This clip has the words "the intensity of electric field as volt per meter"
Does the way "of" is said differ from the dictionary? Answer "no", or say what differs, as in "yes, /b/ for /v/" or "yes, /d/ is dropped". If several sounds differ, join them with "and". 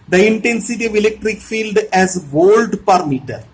no